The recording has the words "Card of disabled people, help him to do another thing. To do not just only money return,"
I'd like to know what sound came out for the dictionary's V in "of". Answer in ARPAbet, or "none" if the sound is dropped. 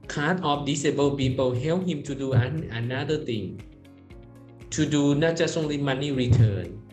F